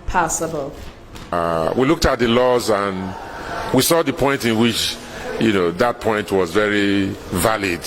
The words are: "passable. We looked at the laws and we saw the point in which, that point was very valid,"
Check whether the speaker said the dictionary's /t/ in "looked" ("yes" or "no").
yes